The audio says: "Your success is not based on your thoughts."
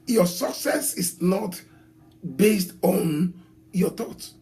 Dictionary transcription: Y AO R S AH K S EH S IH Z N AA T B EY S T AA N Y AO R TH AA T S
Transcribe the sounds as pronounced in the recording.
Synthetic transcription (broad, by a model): Y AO S AH K S EH S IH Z N AA T B EY S T AA N Y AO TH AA T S